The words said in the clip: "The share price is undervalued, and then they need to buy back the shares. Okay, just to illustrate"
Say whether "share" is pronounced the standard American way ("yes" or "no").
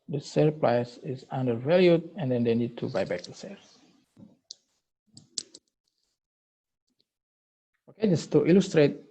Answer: no